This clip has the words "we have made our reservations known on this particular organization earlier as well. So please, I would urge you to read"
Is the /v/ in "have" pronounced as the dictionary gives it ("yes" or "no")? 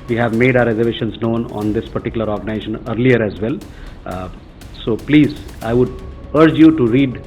yes